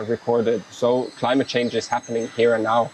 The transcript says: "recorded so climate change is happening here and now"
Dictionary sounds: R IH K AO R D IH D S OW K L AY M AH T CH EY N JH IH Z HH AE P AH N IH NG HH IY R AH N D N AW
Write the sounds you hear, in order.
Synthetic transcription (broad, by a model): R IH K AO R D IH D S OW K L AY M AH T CH EY N JH IH Z HH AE P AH N IH NG HH IY R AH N N AW